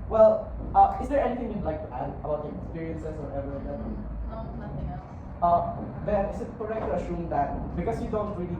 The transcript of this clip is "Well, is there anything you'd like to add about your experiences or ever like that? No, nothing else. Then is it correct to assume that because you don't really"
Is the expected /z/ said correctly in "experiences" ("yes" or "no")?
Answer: no